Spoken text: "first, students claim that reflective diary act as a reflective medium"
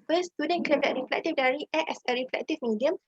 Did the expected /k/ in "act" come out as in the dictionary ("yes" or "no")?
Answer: no